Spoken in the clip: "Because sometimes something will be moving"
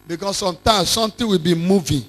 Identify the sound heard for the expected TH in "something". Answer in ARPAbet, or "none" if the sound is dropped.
T